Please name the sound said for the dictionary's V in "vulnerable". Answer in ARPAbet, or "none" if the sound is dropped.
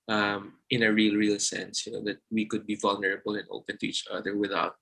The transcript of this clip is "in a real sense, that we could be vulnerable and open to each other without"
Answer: V